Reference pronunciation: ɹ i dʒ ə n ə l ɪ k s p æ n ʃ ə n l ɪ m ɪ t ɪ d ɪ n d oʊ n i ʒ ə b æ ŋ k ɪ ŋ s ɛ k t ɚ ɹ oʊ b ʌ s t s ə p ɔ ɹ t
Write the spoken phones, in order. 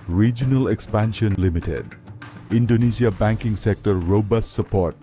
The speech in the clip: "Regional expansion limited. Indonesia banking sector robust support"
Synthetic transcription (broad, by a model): ɹ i dʒ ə n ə l ɪ k s p æ n ʃ ə n l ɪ m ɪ t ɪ d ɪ n d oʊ n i s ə b æ ŋ k ɪ ŋ s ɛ k t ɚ ɹ oʊ b ʌ s t s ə p ɔ ɹ t